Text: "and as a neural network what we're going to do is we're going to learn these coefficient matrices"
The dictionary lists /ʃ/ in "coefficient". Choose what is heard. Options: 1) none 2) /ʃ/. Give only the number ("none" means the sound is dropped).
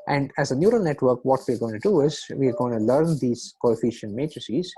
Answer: 2